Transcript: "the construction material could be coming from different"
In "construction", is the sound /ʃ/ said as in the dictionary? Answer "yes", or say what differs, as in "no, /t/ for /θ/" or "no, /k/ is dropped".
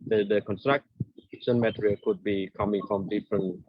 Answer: no, /s/ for /ʃ/